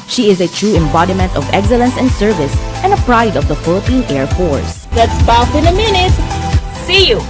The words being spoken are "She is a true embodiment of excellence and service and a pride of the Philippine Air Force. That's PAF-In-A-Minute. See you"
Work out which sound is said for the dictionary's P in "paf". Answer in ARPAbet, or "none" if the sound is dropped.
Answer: B